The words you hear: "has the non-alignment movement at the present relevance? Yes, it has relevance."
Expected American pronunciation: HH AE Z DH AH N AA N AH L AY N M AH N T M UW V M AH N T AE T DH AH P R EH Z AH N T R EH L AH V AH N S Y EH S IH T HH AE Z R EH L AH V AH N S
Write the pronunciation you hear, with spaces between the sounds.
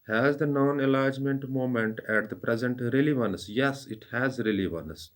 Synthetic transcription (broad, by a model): HH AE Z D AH N AA N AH L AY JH M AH N T M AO M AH N T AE T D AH P R EH Z AH N T R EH L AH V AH N S Y EH S IH T HH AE Z R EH L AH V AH N S